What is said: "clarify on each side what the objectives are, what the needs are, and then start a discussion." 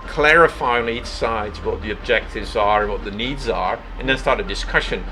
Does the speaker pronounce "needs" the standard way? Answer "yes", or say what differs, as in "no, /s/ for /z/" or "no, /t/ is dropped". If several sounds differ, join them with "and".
yes